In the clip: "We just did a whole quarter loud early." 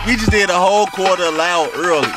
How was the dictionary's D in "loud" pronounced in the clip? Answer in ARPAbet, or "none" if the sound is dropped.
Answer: none